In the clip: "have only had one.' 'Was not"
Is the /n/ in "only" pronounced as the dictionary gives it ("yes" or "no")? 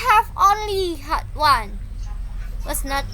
yes